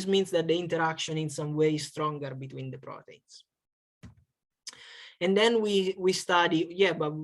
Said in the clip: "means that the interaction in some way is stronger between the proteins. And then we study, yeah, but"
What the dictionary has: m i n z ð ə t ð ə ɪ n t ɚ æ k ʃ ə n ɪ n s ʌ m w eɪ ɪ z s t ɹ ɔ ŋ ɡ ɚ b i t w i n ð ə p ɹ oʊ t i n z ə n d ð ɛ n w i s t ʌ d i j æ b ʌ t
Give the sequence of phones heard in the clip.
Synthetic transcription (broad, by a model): m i n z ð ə t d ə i n t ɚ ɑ k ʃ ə n ɪ n s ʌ m w eɪ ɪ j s t ɹ ɔ ŋ ɡ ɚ b i t w i n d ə p ɹ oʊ t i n s ə n d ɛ n w i s t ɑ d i j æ b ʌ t